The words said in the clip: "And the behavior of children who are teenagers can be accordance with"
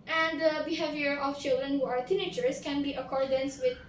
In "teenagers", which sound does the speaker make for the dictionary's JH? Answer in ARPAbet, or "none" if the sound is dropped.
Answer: CH